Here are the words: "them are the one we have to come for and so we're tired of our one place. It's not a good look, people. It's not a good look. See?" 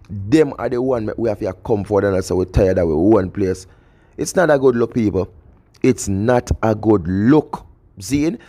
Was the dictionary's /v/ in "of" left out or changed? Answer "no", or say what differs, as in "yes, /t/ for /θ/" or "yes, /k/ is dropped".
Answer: yes, /w/ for /v/